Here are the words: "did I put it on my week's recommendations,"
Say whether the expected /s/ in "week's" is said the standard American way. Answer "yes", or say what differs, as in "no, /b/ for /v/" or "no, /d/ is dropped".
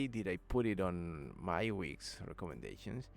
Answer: yes